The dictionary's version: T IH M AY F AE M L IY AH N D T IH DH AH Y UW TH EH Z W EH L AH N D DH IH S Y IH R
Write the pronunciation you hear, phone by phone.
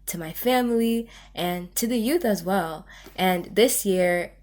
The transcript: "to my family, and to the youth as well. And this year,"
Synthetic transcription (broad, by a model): T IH M AY F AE M L IY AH N T IH DH AH Y UW TH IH Z W EH L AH N DH IH S Y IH R